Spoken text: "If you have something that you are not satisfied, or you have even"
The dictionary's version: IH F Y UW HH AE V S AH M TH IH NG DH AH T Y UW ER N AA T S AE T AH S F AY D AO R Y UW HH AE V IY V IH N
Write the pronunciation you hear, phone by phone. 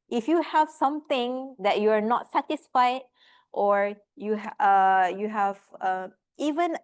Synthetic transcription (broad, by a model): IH F Y UW HH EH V S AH M T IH NG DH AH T Y UW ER N AA T S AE T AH S F AY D AO R Y UW HH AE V IY V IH N